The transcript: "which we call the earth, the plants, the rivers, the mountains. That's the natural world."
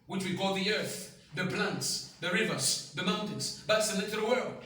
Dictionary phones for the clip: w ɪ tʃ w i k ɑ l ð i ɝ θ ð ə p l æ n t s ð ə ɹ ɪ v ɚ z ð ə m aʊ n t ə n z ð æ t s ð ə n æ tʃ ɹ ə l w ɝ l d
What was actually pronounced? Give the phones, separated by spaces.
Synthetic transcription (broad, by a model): w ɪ tʃ w i k ɑ l ð i ɝ θ ð ə p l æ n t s ð ə ɹ ɪ v ɚ z ð ə m aʊ n t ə n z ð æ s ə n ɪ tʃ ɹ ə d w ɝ l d